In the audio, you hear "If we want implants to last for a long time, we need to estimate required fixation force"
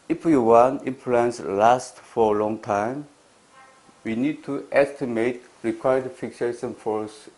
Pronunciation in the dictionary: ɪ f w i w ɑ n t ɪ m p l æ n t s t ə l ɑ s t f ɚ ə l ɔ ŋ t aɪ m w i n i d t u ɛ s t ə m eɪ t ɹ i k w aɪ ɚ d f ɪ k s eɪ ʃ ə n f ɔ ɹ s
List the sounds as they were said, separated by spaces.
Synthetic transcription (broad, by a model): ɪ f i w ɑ n ɪ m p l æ n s l ɑ s t f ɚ ə l ɔ ŋ t aɪ m w i n i d t u ɛ s t ə m eɪ t ɹ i k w aɪ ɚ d f ɪ k s eɪ ʃ ə n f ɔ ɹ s